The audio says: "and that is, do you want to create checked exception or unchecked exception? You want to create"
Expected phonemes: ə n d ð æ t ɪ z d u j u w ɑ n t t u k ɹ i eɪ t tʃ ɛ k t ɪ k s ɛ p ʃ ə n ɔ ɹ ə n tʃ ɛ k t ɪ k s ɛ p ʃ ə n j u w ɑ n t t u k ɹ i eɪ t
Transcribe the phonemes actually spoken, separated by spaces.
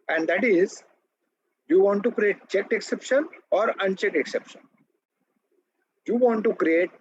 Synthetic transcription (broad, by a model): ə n d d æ t ɪ z j u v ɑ n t t u k ɹ i eɪ t tʃ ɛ k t ɪ k s ɛ p ʃ ə n ɔ ɹ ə n tʃ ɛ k ɪ k s ɛ p ʃ ə n j u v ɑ n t t u k ɹ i eɪ t